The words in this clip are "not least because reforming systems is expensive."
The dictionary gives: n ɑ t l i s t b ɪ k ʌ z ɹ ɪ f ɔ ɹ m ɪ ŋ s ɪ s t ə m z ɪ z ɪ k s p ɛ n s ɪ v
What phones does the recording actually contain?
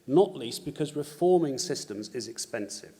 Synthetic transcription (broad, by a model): n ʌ t l i s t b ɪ k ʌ z ɹ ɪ f ɔ m ɪ ŋ s ɪ s t ə m z ɪ z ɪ k s p ɛ n s ɪ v